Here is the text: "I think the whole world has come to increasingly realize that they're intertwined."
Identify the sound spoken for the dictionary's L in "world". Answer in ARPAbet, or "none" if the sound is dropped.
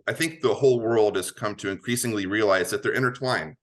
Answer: L